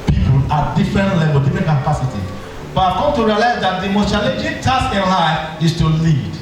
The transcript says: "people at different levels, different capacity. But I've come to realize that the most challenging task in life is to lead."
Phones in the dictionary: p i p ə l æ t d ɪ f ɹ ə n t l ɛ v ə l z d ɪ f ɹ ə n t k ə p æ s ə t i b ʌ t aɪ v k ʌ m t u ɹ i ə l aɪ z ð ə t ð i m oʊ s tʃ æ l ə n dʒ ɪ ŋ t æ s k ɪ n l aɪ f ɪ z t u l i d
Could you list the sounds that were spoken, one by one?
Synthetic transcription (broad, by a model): p i p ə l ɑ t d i f ɹ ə n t l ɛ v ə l d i f ɹ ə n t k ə p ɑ s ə t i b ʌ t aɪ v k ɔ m t u ɹ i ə l aɪ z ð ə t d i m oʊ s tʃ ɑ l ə dʒ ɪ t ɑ s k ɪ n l aɪ ɪ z t u l i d